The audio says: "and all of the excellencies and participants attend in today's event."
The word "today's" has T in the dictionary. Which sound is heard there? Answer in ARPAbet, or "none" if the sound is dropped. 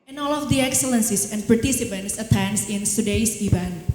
S